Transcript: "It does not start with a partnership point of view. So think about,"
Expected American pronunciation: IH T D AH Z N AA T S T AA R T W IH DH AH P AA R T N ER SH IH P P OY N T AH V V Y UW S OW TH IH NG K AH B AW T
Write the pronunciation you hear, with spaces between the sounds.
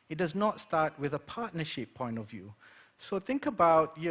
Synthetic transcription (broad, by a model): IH T D AH Z N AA T S T AA R T W IH DH AH P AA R T N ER SH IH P P OY N T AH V V Y UW S OW TH IH NG K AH B AW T